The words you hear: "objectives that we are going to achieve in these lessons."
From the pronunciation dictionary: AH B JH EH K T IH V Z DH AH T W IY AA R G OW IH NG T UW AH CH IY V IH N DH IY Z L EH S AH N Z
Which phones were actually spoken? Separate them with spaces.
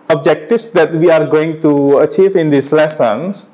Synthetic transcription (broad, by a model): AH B JH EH K T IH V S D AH T W IY AA R G OW IH NG T UW AH CH IY V IH N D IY S L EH S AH N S